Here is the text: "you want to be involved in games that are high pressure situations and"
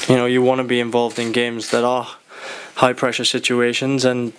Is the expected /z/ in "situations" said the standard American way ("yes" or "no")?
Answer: yes